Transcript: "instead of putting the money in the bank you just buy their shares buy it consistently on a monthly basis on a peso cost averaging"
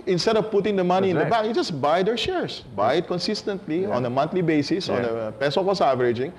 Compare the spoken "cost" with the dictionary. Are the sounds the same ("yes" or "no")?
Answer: no